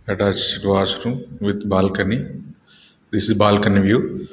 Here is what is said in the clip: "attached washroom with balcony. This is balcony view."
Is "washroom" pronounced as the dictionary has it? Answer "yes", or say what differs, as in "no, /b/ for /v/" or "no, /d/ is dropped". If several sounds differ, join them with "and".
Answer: no, /s/ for /ʃ/